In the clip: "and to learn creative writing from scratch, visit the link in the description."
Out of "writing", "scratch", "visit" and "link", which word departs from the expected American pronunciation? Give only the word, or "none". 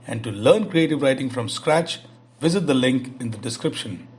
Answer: none